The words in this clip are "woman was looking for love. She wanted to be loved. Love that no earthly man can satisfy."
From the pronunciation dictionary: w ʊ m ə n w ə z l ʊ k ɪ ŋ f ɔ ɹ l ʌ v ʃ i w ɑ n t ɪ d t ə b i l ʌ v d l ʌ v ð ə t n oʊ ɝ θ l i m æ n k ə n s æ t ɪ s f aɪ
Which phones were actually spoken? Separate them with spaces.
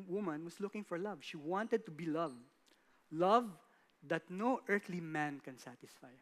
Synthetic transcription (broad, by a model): w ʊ m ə n w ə s l ʊ k ɪ ŋ f ɔ ɹ l ʌ v ʃ i w ɑ n t ɪ d t ə b i l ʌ v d l ʌ v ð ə t n oʊ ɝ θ l i m æ n k ə n s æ t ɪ s f aɪ